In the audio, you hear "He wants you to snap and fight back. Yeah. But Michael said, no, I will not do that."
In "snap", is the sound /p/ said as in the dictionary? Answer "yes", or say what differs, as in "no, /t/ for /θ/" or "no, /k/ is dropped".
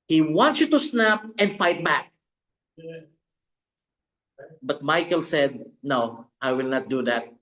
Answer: yes